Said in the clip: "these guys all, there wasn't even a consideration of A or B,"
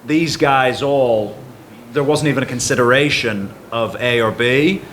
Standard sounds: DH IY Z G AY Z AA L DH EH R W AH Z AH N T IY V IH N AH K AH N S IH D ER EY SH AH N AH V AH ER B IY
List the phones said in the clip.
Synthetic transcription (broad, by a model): DH IY Z G AY Z AA L DH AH R W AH Z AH N T IY V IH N AH K AH N S IH D ER EY SH AH N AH V AH ER B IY